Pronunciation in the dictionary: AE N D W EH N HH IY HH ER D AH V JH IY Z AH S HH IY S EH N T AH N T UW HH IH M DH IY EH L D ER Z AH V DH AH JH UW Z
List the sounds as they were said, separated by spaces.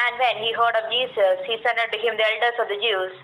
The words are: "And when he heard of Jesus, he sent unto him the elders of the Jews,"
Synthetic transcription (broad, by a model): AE N D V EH N HH IY HH ER D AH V JH IY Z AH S HH IY S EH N AH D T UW HH IH M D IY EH L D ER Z AH V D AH JH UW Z